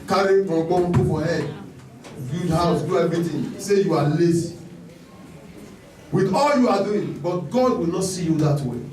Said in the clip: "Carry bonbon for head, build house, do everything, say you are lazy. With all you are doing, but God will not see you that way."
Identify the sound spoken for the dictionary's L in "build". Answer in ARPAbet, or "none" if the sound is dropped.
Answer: none